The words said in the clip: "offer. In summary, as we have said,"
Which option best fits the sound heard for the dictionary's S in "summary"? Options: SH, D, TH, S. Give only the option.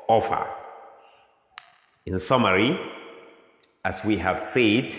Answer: S